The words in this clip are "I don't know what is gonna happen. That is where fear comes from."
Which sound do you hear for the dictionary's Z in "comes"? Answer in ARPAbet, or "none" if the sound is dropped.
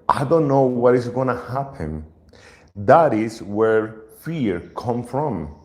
none